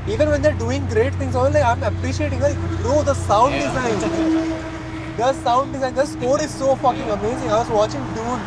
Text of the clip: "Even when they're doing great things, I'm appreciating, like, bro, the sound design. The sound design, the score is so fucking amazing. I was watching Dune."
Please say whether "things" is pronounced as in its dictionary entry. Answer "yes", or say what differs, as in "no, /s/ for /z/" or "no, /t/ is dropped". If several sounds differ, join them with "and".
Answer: no, /t/ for /θ/